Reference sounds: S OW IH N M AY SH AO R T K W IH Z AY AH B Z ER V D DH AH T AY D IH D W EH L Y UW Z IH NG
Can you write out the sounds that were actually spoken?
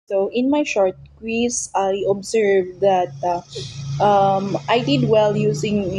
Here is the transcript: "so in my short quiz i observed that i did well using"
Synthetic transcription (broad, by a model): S OW IH N M AY SH AO R T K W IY S AY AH B S ER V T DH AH T AY D IH D W EH L Y UW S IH NG